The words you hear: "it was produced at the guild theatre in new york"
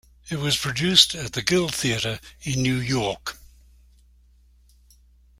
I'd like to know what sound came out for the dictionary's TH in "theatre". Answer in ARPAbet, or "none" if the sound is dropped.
TH